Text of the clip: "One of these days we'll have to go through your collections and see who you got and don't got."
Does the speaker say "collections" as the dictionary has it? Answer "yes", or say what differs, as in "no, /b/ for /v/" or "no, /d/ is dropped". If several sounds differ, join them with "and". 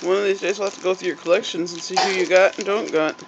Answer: yes